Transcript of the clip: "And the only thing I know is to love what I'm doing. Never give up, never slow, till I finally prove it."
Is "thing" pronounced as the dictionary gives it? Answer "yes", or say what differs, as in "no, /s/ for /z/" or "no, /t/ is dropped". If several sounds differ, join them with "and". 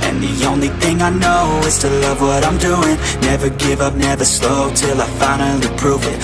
yes